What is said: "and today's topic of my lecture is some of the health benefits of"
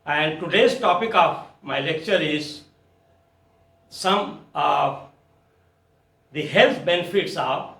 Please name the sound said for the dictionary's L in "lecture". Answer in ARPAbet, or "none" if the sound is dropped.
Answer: L